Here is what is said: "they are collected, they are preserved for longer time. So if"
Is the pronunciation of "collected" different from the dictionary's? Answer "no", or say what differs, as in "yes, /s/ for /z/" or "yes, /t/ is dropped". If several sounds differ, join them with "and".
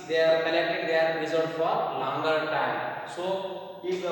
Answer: yes, /n/ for /l/